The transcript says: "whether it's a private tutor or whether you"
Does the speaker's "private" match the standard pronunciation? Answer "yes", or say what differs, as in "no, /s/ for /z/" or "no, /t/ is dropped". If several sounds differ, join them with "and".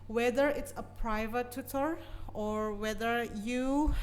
yes